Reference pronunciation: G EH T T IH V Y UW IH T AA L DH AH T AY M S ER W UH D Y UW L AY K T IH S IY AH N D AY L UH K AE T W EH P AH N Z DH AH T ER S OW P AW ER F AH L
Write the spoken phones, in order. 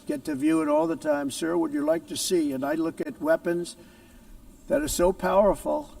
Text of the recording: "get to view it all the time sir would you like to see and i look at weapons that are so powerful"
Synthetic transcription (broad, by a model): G EH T T IH V Y UW IH T AA L DH AH T AY M S ER W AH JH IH L AY K T IH S IY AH N AY L UH K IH T W EH P AH N Z DH AH T ER S OW P AW ER F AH L